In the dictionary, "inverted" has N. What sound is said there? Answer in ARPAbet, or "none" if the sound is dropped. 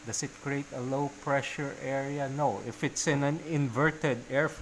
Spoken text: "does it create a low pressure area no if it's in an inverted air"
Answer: N